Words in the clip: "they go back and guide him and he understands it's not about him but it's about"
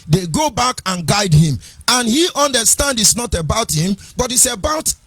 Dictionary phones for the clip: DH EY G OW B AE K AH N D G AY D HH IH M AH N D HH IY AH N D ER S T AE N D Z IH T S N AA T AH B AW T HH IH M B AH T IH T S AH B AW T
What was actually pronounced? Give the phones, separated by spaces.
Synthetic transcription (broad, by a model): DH EY G OW B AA K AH N G AY D HH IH M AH N HH IY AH N D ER S T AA N D IH T S N AA T AH B AW T HH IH M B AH T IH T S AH B AW T